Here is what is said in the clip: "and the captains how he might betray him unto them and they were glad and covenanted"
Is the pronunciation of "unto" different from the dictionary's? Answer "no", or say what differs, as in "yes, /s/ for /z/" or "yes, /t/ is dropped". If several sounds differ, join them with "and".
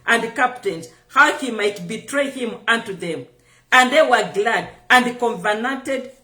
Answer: no